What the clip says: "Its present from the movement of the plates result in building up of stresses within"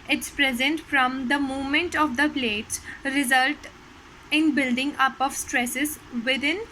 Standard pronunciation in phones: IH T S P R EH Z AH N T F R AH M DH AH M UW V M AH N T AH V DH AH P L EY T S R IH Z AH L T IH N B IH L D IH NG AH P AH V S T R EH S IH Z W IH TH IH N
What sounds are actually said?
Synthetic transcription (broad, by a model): IH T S P R EH Z AH N T F R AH M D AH M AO M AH N T AH V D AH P L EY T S R IH Z AH L T IH N B IH L D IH NG AH P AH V S T R EH S IH Z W IH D IH N